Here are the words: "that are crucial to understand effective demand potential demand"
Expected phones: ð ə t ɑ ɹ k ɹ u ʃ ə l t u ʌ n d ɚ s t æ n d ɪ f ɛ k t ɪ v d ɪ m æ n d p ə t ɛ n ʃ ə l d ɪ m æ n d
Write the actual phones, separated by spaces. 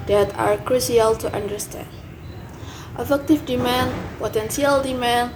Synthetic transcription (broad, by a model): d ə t ɑ ɹ k ɹ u s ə l t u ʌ n d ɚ s t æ n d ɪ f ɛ k t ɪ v d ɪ m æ n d p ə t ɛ n s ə l d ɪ m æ n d